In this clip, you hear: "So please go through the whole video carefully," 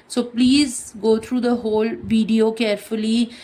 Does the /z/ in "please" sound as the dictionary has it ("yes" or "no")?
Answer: yes